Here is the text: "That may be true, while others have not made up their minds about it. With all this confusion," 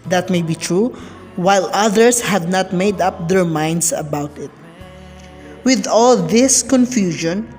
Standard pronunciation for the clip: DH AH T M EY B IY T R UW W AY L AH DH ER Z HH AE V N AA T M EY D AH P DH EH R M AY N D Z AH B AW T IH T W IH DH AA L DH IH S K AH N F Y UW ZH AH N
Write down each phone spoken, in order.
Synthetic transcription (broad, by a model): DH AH T M EY B IY T R UW W AY L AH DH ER S HH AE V N AA T M EY D AH P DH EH R M AY N D S AH B AW T IH T W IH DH AA L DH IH S K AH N F Y UW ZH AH N